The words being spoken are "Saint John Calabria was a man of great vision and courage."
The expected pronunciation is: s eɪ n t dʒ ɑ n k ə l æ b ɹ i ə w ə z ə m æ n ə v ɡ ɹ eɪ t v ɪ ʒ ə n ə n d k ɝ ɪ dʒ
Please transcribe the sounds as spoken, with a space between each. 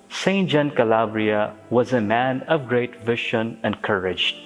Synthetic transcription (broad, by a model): s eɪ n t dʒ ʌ n k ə l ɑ b ɹ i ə w ə z ə m æ n ə v ɡ ɹ eɪ t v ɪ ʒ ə n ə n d k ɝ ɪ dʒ